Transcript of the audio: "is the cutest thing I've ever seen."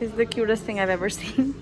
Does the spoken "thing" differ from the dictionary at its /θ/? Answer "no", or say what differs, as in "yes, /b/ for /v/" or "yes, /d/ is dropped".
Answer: no